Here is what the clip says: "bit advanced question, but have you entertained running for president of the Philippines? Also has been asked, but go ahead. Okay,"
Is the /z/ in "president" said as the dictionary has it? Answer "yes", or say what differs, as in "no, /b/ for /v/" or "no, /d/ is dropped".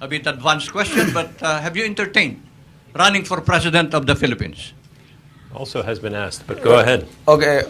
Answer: no, /s/ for /z/